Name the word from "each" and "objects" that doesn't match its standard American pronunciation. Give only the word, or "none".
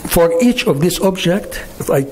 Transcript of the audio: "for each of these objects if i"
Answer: objects